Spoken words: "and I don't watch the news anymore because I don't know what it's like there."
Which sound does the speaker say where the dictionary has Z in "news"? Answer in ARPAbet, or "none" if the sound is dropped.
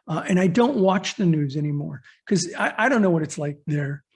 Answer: Z